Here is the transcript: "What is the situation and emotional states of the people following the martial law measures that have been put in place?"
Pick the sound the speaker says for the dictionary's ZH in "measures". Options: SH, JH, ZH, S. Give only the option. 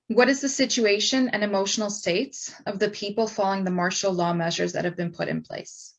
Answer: ZH